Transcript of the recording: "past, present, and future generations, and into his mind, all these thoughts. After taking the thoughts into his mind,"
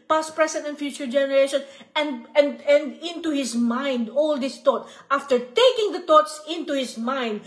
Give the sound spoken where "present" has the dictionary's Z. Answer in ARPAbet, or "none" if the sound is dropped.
S